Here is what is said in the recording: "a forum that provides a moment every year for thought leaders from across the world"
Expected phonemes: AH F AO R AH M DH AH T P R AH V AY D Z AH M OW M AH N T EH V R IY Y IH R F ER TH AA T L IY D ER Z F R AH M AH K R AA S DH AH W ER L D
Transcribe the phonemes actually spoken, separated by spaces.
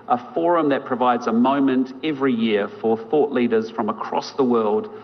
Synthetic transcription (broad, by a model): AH F AO R AH M DH AH T P R AH V AY D Z AH M OW M AH N T EH V R IY Y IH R F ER TH AA T L IY D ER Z F R AH M AH K R AA S DH AH W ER L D